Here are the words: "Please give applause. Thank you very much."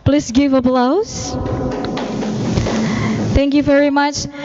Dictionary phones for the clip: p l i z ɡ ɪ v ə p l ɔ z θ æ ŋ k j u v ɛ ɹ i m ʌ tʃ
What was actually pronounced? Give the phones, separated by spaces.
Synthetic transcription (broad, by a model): p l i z ɡ ɪ v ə b l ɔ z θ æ ŋ k j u v ɛ ɹ i m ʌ tʃ